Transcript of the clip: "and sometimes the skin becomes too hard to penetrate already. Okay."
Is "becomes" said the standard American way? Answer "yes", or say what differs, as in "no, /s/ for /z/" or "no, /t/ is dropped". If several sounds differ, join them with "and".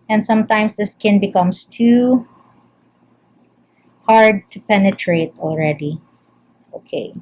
no, /s/ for /z/